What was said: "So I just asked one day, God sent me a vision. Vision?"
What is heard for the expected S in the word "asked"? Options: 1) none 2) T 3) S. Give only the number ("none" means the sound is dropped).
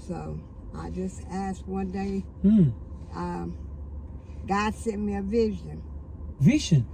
3